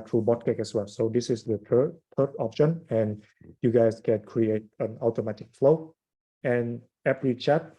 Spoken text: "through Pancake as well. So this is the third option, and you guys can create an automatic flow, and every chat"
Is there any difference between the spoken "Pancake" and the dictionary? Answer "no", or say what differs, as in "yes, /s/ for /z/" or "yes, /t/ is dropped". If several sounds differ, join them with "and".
yes, /b/ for /p/